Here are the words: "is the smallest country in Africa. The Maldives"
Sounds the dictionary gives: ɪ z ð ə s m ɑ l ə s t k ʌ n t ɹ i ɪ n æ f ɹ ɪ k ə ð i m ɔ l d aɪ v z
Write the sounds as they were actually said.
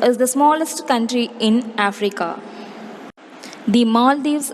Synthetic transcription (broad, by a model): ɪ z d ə s m ɑ l ə s t k ʌ n t ɹ i ɪ n æ f ɹ ɪ k ə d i m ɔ l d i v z